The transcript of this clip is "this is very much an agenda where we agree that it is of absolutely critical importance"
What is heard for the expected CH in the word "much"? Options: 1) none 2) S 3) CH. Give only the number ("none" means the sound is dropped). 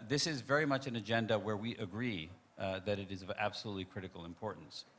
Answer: 3